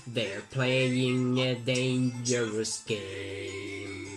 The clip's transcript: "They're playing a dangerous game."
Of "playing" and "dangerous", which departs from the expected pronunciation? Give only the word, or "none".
none